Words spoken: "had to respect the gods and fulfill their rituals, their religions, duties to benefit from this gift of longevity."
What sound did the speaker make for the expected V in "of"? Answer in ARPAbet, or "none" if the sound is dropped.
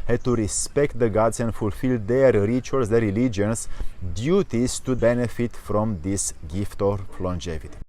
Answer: P